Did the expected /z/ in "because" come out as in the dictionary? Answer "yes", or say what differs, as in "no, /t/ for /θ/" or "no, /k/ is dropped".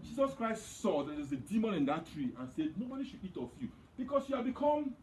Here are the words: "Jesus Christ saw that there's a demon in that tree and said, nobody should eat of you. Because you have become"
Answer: no, /s/ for /z/